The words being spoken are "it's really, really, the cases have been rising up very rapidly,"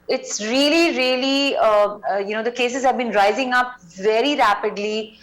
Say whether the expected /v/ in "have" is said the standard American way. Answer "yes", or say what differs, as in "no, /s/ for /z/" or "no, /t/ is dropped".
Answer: yes